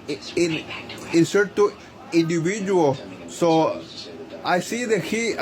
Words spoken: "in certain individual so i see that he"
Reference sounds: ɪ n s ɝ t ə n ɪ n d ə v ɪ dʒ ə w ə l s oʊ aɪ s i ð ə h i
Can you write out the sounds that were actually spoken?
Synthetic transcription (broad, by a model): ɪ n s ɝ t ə ɪ n d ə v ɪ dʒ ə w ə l s oʊ aɪ s i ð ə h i